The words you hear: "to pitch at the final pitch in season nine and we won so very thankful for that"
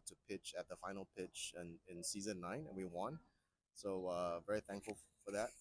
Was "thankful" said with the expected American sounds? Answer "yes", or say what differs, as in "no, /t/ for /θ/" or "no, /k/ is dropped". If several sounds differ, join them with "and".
yes